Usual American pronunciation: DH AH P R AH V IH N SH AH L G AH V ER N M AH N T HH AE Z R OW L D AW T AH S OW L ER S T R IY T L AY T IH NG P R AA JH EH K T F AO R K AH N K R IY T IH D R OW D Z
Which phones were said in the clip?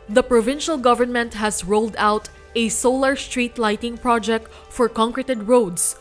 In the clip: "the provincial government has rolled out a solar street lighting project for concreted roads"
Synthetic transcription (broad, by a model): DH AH P R AH V IH N SH AH L G AH V ER N M AH N T HH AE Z R OW L D AW T AH S OW L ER S T R IY T L AY T IH NG P R AA JH EH K T F AO R K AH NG K R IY T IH D R OW D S